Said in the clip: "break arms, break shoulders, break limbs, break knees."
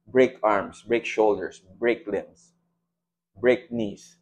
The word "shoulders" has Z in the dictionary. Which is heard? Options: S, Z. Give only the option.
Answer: S